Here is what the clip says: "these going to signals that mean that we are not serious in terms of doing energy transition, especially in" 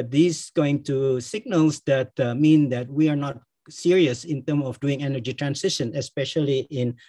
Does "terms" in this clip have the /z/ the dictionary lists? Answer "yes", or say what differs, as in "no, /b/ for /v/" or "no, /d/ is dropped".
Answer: no, /z/ is dropped